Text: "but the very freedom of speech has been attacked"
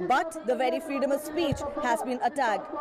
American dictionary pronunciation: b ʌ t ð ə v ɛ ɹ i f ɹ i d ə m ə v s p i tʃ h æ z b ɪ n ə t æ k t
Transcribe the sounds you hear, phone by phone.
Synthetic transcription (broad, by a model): b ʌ t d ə v ɛ ɹ i f ɹ i d ə m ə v s p i tʃ h æ z b ɪ n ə t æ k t